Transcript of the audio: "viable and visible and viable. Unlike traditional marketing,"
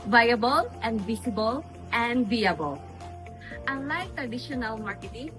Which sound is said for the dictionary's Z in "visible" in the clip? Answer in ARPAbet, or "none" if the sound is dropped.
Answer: S